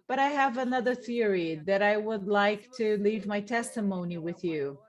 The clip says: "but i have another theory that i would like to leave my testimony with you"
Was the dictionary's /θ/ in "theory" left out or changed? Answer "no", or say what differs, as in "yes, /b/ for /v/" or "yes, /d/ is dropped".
no